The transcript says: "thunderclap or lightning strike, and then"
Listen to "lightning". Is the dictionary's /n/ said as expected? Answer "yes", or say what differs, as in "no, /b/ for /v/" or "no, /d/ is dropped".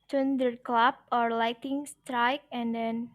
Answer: no, /n/ is dropped